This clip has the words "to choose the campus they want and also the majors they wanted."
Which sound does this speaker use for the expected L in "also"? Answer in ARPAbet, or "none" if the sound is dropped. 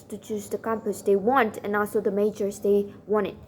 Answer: L